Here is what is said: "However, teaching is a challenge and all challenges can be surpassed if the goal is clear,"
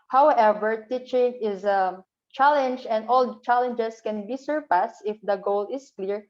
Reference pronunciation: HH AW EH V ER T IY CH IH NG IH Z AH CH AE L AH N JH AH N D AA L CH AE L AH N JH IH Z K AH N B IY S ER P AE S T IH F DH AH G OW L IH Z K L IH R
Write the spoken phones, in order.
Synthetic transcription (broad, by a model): HH AW EH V ER T IY CH IH NG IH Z AH CH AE L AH N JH AH N D AA L CH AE L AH N JH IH S K AH N B IY S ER P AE S T IH F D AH G OW L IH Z K L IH R